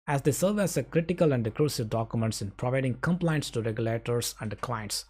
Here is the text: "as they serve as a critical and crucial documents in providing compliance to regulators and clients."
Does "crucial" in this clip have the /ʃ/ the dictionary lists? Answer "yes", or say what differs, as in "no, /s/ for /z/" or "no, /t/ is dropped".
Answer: no, /s/ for /ʃ/